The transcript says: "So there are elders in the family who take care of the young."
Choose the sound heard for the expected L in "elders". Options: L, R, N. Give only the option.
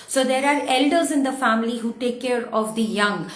L